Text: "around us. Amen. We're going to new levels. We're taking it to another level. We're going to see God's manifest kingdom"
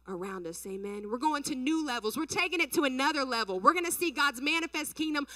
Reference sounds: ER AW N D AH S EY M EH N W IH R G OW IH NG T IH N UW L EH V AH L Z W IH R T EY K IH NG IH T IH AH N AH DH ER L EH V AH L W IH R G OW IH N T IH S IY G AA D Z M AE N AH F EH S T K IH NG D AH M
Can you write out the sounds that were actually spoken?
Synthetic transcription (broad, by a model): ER AW N D AH S EY M EH N W IH R G OW IH NG T IH N UW L EH V L Z W IH R T EY K IH NG IH T IH AH N AH DH ER L EH V L W IH R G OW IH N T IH S IY G AA D Z M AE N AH F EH S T K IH NG D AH M